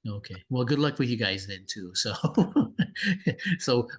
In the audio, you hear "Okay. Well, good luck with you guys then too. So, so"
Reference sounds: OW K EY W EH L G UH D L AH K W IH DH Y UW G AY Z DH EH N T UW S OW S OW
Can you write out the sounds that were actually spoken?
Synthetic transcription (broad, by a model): OW K EY W EH L G UH D L AH K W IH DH Y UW G AY Z DH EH N T UW S OW S OW